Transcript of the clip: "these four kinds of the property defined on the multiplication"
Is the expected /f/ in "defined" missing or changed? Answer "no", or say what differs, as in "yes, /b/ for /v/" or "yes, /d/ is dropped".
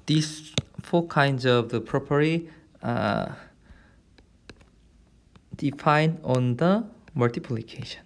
no